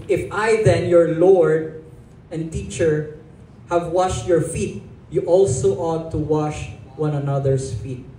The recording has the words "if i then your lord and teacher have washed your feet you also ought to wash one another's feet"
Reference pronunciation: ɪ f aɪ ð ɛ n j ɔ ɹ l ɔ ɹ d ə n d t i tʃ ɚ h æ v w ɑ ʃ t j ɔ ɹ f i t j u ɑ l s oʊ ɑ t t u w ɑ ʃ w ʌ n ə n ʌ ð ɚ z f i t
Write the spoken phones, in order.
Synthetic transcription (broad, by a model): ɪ f aɪ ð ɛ n j ɔ ɹ l ɔ ɹ d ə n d t i tʃ ɚ h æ v w ɑ ʃ t j ɔ ɹ f i t j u ɑ l s oʊ ɑ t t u w ɑ ʃ w ʌ n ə n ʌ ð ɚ s f i t